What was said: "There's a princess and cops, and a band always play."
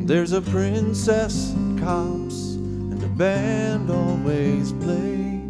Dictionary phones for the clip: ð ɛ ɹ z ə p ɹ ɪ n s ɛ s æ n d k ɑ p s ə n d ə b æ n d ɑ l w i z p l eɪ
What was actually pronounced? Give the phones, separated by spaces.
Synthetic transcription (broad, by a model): ð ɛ ɹ z ə p ɹ ɪ n s ɛ s k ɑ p s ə n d ə b æ n d ɑ l w i z p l eɪ